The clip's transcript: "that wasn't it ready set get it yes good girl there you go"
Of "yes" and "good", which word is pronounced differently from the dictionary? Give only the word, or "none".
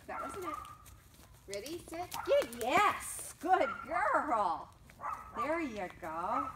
none